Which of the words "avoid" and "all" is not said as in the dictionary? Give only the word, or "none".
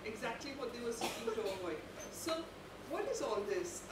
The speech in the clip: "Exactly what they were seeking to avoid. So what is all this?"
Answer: avoid